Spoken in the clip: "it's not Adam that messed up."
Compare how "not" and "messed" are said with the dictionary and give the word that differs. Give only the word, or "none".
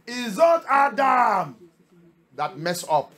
messed